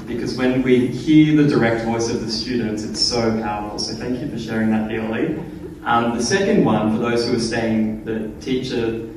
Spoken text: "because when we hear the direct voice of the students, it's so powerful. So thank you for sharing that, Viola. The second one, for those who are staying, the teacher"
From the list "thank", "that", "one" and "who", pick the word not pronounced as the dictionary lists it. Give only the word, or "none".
none